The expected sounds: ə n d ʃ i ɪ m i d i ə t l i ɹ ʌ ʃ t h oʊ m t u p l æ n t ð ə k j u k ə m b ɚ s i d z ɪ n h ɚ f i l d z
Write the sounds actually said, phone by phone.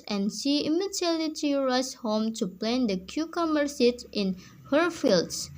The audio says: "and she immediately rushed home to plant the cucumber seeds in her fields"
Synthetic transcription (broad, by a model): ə n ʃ i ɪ m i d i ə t i ɹ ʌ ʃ h oʊ m t u p l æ n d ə k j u k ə m ɚ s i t ɪ n h ɚ f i l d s